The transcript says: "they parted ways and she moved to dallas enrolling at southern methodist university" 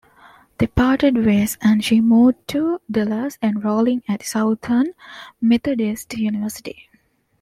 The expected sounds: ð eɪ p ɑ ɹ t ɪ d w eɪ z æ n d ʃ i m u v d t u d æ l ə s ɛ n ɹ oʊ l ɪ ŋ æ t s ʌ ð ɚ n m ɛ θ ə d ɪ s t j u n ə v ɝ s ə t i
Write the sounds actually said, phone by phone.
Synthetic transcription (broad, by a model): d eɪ p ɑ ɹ t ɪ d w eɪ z æ n d ʃ i m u d t u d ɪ l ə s ɛ n ɹ oʊ l ɪ ŋ æ t s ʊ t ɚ n m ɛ t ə d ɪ s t j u n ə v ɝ s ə t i